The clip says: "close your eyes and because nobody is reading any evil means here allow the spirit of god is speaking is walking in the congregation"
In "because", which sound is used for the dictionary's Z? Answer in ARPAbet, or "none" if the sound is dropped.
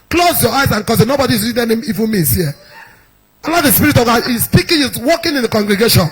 none